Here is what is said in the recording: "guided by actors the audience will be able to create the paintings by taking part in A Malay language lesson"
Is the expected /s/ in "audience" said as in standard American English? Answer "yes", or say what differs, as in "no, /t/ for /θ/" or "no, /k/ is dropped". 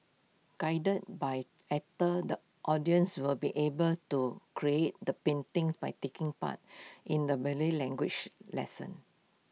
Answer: yes